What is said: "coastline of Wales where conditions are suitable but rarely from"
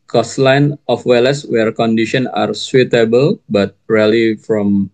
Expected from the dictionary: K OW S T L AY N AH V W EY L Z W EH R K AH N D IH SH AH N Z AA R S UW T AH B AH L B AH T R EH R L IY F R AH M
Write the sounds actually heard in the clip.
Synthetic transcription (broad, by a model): K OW S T L AY N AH F W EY L S W EH R K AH N D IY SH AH N AA R S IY T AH B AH L B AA T R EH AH L IY F R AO M